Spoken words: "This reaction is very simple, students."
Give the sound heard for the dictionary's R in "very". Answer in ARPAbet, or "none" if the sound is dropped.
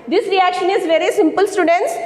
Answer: R